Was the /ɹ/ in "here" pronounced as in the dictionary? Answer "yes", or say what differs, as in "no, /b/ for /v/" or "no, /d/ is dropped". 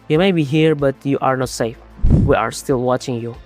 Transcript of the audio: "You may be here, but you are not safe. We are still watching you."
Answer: yes